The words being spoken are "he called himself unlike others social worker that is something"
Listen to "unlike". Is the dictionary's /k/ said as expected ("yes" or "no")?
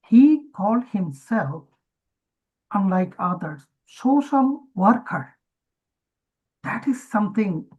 yes